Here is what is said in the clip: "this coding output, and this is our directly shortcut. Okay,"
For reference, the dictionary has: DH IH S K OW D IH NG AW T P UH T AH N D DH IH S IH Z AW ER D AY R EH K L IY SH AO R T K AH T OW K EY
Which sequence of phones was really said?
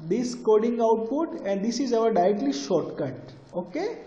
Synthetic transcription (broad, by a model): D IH S K OW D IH NG AW T P UH T AH N D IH S IH Z AW ER D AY R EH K L IY SH AO R T K AH T OW K EY